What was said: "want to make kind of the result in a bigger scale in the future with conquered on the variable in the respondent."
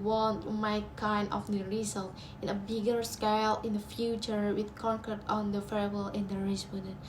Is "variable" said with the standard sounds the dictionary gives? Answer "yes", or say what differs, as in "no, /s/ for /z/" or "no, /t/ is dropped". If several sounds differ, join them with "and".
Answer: no, /f/ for /v/